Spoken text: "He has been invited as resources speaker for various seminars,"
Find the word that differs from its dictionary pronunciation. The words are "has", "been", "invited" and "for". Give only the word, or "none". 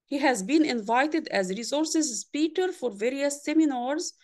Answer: none